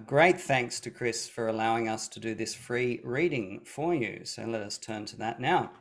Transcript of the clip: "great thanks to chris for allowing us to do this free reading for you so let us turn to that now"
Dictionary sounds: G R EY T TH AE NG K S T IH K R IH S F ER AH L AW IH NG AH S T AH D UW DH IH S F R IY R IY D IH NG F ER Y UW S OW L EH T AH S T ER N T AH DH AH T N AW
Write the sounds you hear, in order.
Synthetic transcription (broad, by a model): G R EY T TH AE NG K S T IH K R IH S F ER AH L AW IH NG AH S T AH D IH DH IH S F R IY R IY D IH NG F ER Y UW S OW L EH T AH S T ER N T AH DH AH T N AW